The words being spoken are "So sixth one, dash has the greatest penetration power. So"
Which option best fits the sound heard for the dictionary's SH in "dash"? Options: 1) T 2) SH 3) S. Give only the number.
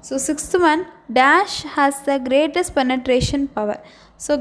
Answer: 2